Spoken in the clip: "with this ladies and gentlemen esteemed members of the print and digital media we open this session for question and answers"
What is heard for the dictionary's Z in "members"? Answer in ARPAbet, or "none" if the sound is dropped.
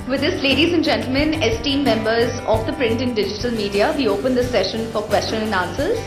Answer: Z